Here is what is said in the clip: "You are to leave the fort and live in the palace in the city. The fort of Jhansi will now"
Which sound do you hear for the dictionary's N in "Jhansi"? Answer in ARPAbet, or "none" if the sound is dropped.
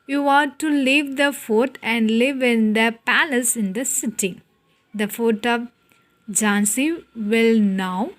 N